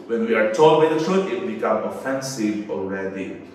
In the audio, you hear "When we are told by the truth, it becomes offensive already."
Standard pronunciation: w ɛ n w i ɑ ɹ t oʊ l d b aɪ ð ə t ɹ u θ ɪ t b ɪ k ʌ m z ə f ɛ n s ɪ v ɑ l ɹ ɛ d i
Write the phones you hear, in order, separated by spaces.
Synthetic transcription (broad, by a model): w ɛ n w i ɑ ɹ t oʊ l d b aɪ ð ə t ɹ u t ɪ t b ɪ k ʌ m ə f ɛ n s ɪ v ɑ l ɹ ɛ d i